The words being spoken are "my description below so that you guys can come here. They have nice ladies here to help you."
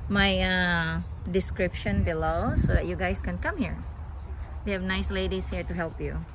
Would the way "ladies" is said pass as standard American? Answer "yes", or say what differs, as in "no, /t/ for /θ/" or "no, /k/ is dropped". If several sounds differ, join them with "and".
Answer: no, /s/ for /z/